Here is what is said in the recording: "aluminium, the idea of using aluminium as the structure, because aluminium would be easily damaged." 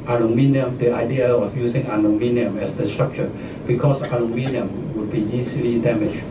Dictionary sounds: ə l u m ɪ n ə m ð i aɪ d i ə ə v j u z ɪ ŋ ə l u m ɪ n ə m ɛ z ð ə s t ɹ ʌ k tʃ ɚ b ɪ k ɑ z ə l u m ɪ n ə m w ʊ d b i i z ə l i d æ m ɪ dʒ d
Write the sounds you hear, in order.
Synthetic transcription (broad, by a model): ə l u m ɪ n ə m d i aɪ d i ə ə f j u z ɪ ŋ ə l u m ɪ n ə m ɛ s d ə s t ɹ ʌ k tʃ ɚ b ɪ k ɑ s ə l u m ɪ n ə m w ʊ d b i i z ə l i d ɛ m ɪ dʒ